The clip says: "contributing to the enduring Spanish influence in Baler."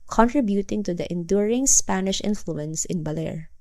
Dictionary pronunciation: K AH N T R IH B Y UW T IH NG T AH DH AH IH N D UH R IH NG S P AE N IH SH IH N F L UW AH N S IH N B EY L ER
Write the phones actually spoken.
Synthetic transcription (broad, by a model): K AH N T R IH B Y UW T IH NG T AH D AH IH N D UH R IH NG S P AE N IH SH IH N F L UW AH N S IH N B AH L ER